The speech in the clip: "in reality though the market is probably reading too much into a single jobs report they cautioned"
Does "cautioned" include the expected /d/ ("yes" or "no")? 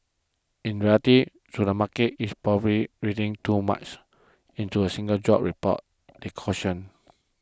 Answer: no